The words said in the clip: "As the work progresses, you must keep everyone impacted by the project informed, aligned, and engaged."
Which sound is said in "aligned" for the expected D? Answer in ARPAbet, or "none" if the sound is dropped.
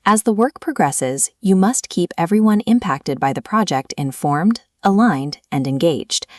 D